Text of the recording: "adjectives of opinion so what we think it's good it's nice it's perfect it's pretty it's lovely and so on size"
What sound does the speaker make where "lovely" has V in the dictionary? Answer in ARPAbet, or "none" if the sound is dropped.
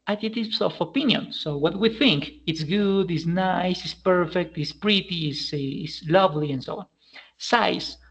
V